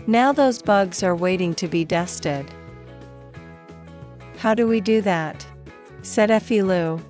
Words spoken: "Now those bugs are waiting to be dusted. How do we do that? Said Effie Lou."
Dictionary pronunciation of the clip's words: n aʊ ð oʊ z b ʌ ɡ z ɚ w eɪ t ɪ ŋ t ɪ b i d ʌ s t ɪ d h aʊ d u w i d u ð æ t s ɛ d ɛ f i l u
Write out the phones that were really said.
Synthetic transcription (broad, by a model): n aʊ ð oʊ z b ʌ ɡ z ɚ w eɪ t ɪ ŋ t ɪ b i d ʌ s t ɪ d h aʊ d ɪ w i d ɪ ð æ t s ɛ d ɛ f i l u